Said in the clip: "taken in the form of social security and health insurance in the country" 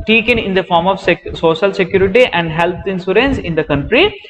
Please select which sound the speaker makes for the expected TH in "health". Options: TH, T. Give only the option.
T